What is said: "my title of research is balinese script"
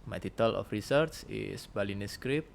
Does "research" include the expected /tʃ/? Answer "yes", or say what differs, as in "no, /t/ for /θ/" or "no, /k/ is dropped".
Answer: no, /s/ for /tʃ/